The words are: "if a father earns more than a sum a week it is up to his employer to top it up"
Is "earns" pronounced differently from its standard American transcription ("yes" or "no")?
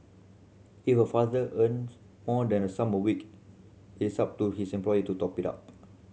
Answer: yes